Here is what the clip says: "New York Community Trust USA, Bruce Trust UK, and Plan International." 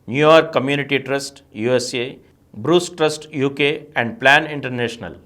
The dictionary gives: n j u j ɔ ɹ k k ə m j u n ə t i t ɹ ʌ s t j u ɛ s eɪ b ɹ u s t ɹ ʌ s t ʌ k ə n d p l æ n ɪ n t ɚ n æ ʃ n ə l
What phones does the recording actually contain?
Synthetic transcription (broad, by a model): n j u j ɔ ɹ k k ə m j u n ə t i t ɹ ʌ s t j u ɛ s eɪ b ɹ u s t ɹ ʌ s t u k ə n d p l æ n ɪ n t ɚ n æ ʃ n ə l